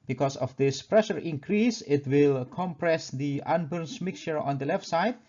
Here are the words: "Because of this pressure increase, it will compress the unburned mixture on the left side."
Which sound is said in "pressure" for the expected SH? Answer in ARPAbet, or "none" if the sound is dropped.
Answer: SH